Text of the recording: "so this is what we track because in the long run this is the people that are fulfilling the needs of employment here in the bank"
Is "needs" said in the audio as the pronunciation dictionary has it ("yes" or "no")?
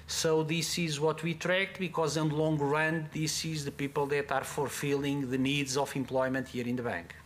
yes